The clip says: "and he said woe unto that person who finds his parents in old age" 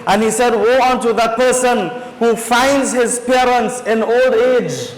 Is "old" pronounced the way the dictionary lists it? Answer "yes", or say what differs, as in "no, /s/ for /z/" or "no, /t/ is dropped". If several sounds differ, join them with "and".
yes